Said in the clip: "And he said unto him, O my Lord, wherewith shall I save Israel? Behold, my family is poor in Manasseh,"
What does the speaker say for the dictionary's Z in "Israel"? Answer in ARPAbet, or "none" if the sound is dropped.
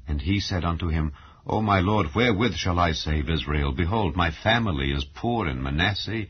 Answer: Z